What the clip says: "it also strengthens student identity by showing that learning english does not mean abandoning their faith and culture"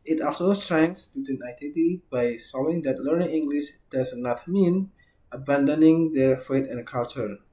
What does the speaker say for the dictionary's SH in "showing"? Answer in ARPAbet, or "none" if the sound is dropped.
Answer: S